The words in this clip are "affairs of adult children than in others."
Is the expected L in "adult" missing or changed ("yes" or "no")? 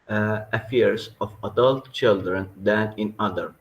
no